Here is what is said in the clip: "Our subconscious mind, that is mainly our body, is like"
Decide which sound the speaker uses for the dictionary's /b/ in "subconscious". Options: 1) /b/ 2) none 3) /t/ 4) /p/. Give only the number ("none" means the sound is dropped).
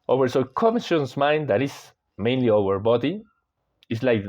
2